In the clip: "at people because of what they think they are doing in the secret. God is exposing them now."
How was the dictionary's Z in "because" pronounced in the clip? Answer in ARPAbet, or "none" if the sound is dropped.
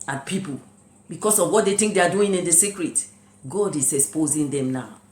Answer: S